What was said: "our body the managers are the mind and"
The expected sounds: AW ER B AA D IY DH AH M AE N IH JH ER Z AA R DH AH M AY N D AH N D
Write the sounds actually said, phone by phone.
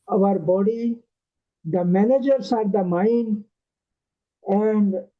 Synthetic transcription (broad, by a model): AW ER B AA D IY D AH M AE N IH JH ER S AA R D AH M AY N AH N D